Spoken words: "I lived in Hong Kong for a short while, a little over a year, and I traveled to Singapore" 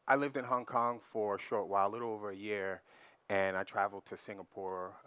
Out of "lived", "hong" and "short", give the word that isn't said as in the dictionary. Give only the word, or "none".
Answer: none